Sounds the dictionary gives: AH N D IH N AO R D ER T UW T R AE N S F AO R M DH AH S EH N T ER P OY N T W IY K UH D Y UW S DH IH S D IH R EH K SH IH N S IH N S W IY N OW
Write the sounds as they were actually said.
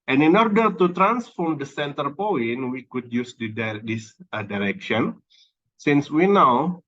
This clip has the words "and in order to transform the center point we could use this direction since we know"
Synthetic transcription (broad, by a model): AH N IH N AO R D ER T UW T R AE N S F AO R M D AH S EH N T ER P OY N W IY K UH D Y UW S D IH S D IH R EH K SH IH N S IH N S W IY N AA